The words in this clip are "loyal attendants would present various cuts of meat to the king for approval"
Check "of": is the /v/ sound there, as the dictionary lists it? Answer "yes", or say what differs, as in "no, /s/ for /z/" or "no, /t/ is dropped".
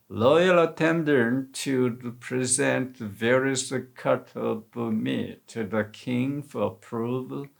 no, /b/ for /v/